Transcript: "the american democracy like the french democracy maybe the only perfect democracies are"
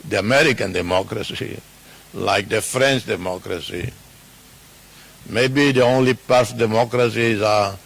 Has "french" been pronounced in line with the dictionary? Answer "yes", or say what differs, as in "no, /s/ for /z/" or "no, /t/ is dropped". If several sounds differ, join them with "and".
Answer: yes